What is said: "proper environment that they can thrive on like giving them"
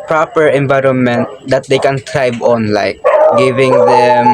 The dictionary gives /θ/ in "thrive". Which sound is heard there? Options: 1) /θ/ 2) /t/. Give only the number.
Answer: 2